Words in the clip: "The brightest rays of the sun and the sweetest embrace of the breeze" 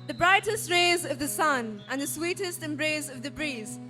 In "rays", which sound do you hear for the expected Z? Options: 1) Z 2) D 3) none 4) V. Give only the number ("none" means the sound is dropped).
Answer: 1